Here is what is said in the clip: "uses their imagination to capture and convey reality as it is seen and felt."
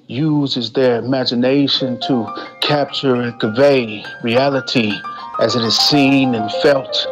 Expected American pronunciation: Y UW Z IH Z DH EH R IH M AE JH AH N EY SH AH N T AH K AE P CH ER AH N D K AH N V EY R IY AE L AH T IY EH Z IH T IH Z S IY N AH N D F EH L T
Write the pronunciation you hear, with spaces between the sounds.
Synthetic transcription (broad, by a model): Y UW Z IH Z DH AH R IH M AE JH AH N EY SH AH N T AH K AE P CH ER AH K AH V EY R IY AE L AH T IY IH Z IH T IH Z S IY N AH N F EH L T